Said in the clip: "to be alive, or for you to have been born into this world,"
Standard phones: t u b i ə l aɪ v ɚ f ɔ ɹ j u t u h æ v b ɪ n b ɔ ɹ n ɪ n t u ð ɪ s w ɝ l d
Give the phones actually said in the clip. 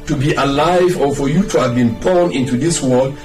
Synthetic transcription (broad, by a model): t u b i ə l aɪ v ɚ f ɔ ɹ j u t u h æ v b ɪ n b ɔ ɹ n ɪ n t u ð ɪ s w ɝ l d